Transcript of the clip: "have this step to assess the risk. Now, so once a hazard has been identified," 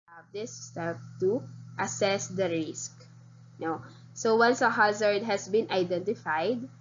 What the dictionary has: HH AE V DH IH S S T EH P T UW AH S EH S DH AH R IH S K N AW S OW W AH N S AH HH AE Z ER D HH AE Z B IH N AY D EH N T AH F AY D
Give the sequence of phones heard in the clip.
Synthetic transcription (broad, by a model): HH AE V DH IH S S T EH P T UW AH S EH S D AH R IH S K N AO S OW W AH N S AH HH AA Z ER D HH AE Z B IH N AY D EH N T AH F AY D